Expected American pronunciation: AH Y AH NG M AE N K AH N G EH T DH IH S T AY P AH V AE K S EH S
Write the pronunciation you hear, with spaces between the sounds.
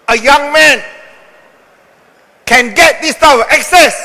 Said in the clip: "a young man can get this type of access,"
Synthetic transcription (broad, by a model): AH Y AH NG M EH N K AH N G EH T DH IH S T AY AH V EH K S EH S